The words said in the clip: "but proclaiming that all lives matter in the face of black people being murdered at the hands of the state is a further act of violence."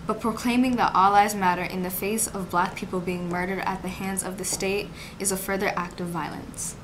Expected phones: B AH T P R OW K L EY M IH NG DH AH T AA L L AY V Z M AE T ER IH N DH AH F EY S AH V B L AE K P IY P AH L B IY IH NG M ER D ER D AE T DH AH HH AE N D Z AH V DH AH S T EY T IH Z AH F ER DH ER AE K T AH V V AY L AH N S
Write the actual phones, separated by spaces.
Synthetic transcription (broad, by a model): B AH T P R OW K L EY M IH NG DH AH T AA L L AY Z M AE T ER IH N DH AH F EY S AH V B L AE K P IY P L B IY IH NG M ER D ER D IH T DH AH HH AE N D Z AH V DH AH S T EY T IH Z AH F ER DH ER AE K T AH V V AY L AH N S